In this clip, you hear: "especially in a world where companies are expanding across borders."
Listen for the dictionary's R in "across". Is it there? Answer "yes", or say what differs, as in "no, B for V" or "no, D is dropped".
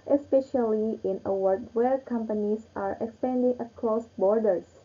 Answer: no, L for R